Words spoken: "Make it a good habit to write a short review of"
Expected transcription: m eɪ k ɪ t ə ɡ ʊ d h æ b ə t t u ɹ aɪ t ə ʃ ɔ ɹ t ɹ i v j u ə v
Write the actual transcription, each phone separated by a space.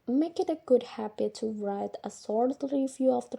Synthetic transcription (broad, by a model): m eɪ k ɪ t ə ɡ ʊ d h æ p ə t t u ɹ aɪ t ə s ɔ ɹ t ɹ i v j u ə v